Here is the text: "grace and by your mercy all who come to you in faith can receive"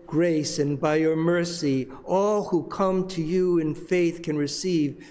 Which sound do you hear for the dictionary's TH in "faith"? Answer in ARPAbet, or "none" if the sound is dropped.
TH